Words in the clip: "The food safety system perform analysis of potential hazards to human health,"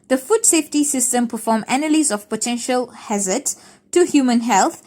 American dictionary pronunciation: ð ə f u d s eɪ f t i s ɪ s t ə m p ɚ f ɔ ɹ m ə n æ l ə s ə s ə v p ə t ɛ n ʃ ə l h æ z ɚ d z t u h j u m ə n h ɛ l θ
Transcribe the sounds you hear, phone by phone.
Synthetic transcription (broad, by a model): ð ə f u d s eɪ f t i s ɪ s t ə m p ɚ f ɔ m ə n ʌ l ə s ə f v p ə t ɛ n ʃ ə l h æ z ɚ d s t u h j u m ə n h ɛ l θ